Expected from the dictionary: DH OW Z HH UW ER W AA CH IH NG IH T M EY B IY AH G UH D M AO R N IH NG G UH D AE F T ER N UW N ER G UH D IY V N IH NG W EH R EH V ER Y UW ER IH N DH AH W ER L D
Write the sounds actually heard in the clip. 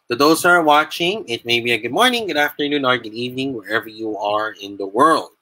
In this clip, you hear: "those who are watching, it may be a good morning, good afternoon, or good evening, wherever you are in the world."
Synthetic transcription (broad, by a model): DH OW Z ER W AA CH IH NG IH T M EY B IY AH G UH D M AO R N IH NG G UH D AE F T ER N UW N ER G UH D IY V N IH NG W EH R EH V ER Y UW ER IH N DH AH W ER L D